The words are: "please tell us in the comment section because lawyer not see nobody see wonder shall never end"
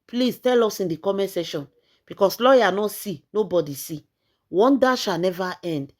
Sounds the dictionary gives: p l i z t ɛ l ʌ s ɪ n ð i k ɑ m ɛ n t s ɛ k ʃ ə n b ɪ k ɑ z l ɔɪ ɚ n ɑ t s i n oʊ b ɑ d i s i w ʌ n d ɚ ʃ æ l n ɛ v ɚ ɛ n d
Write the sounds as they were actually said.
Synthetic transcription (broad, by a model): p l i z t ɛ l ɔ s ɪ n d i k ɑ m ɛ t s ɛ ʃ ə n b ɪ k ɑ s l ɔɪ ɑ n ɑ s i n oʊ b ɑ d i s i w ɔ n d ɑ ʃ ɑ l n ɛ v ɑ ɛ n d